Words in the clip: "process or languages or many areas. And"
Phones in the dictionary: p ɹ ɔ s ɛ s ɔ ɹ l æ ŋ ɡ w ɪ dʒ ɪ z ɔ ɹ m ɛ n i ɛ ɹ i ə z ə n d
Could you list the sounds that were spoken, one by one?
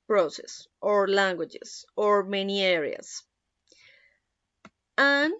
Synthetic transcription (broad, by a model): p ɹ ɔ s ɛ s ɔ ɹ l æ ŋ ɡ w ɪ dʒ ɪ s ɔ ɹ m ɛ n i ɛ ɹ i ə s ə n